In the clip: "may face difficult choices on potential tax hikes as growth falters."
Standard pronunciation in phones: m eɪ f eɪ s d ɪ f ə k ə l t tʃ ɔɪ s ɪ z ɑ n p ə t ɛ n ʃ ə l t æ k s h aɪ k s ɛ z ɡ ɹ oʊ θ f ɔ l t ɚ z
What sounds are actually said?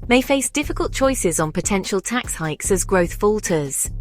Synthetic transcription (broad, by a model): m eɪ f eɪ s d ɪ f ə k ə l t tʃ ɔɪ s ɪ z n p ə t ɛ n ʃ ə l t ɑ k s h aɪ k s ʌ z ɡ ɹ oʊ θ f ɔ l t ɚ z